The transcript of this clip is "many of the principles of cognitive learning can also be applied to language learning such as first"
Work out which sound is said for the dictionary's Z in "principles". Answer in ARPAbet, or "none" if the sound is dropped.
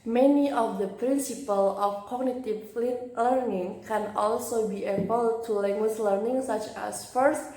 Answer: none